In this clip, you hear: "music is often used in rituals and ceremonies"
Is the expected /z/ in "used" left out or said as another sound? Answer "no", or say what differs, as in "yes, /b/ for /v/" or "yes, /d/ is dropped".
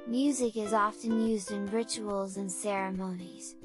no